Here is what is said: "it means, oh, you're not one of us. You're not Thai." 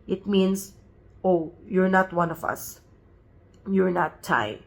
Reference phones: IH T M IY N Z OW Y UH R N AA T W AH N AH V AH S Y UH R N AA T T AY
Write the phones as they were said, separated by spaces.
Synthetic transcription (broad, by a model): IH T M IY N S OW Y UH R N AA T W AH N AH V AH S Y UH R N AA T T AY